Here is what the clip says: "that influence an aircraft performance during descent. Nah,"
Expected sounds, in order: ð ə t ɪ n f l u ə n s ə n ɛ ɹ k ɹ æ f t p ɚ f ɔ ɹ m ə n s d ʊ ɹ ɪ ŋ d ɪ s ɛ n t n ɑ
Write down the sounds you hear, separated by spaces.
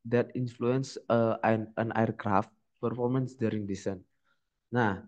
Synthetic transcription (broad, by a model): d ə t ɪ n f l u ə n s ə n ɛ ɹ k ɹ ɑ f t p ɚ f ɔ ɹ m ə n s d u ɹ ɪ ŋ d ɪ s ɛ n n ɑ